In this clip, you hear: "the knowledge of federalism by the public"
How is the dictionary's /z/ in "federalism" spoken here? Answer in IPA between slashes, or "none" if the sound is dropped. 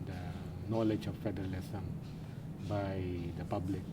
/s/